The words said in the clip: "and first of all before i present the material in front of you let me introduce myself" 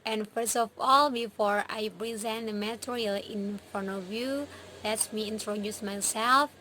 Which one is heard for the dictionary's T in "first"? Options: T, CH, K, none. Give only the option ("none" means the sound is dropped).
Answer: T